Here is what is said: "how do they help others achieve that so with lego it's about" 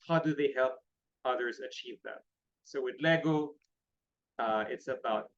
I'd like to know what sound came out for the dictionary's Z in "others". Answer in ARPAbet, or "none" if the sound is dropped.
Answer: Z